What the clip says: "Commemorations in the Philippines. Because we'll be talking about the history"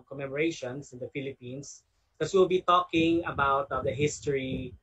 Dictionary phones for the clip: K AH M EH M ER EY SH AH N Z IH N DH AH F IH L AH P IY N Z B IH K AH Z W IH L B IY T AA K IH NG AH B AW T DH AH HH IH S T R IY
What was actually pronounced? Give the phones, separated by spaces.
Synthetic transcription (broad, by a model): K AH M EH M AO EY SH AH N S IH N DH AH F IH L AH P IY N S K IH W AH W IH L B IY T AA K IH NG AH B AW T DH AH HH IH S T R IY